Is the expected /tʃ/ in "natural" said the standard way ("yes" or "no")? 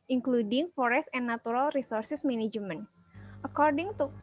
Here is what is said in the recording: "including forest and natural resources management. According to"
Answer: no